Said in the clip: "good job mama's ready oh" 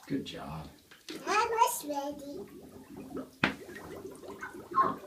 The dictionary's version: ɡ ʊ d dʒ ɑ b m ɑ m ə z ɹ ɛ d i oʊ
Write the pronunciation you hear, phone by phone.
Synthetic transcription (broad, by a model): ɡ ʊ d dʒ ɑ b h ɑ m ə s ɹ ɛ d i